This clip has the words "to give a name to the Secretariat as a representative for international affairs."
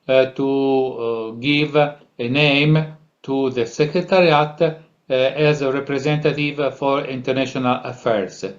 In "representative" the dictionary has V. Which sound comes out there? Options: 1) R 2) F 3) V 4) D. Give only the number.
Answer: 3